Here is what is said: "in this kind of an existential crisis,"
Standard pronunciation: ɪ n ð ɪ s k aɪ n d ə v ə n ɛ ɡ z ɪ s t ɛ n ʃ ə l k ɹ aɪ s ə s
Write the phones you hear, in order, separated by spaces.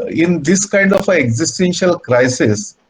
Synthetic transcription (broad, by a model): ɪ n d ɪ s k aɪ n d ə f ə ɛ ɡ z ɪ s t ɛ n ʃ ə l k ɹ aɪ s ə s